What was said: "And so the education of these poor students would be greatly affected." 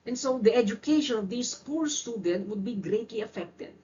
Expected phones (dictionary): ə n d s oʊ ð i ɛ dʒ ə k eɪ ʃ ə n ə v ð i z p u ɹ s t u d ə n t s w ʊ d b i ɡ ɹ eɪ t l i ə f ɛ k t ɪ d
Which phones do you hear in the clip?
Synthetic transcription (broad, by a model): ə n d s oʊ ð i ɛ dʒ ə k eɪ ʃ ə n ə v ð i s p u ɹ s t u d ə n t w ʊ d b i ɡ ɹ eɪ t l i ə f ɛ k t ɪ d